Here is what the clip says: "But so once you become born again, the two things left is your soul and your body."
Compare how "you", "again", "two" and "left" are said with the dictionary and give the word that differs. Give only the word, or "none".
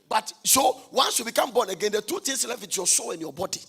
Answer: left